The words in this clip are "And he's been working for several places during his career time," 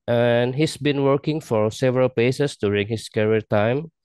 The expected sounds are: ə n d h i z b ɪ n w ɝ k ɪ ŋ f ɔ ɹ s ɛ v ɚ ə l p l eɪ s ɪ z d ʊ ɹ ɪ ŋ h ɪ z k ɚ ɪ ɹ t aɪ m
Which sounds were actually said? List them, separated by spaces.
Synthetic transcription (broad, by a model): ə n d h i s b ɪ n w ɝ k ɪ ŋ f ɔ ɹ s ɛ v ɚ ə l p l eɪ s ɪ s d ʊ ɹ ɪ ŋ h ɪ s k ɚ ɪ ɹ t aɪ m